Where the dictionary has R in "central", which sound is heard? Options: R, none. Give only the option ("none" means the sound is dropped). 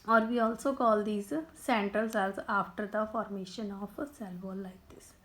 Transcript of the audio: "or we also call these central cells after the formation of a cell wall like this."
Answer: none